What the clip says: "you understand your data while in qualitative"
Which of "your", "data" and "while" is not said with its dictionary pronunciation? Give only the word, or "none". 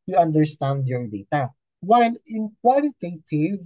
while